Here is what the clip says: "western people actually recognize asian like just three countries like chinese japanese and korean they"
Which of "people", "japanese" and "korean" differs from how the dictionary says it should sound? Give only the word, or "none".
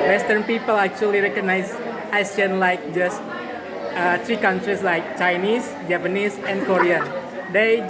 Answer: japanese